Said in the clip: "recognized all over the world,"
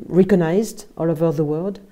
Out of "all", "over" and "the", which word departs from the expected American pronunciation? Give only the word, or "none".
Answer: none